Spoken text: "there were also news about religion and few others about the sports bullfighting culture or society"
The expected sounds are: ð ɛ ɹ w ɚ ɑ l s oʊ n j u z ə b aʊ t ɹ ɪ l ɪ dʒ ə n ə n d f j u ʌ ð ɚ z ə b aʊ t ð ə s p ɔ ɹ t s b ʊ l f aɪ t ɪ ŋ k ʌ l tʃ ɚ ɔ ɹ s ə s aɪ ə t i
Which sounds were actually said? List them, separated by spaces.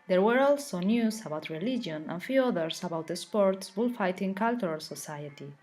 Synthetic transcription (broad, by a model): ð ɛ ɹ w ɚ ɑ l s oʊ n j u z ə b aʊ t ɹ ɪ l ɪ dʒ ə n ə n f j u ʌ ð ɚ s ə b aʊ t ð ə s p ɔ ɹ t s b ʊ l f aɪ t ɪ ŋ k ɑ l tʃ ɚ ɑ l s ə s aɪ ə t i